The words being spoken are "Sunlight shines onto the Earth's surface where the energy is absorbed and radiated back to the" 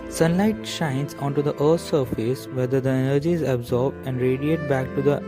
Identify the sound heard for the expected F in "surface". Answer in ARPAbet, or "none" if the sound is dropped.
F